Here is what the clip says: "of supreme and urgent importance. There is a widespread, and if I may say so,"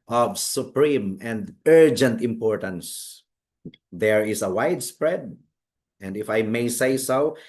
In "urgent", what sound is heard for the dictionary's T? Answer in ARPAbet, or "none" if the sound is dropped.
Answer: T